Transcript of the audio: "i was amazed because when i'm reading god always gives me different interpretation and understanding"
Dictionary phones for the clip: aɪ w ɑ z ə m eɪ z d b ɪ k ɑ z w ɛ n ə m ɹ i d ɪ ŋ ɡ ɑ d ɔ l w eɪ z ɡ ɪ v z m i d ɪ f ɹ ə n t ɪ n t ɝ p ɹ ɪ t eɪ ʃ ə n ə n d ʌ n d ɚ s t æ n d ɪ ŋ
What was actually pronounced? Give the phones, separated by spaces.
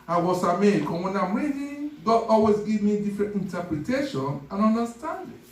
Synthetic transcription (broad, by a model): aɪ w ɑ s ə m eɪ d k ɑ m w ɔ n ə m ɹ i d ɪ ɡ ɑ d ɔ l w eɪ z ɡ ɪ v m i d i f ɹ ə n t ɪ n t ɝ p ɹ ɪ t eɪ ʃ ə n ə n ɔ n d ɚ s t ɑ n d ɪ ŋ